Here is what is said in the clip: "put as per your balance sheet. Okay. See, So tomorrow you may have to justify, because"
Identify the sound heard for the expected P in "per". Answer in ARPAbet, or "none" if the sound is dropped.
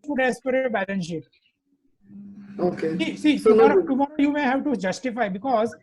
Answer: P